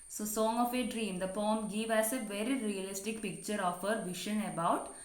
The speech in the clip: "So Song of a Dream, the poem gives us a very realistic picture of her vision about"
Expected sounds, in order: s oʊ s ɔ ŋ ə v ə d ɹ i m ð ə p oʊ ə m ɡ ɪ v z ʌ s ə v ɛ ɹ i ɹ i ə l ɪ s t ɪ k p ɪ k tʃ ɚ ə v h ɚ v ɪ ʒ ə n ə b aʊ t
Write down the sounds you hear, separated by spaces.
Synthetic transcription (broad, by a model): s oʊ s ɔ ŋ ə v ə d ɹ i m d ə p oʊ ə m ɡ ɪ v ʌ s ə v ɛ ɹ i ɹ i ə l ɪ s t ɪ k p ɪ k tʃ ɚ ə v h ɚ v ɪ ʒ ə n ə b aʊ t